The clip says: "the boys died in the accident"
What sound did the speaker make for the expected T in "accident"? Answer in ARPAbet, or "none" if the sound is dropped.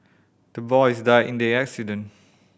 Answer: none